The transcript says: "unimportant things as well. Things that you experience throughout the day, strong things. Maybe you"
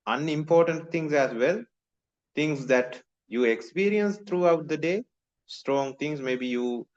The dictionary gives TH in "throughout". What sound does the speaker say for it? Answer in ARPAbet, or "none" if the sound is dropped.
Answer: T